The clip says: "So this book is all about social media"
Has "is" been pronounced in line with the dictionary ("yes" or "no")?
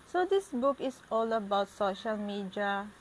no